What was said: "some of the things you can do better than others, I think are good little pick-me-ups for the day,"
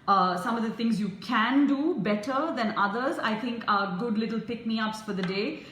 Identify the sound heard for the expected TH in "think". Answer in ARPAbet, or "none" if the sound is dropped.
T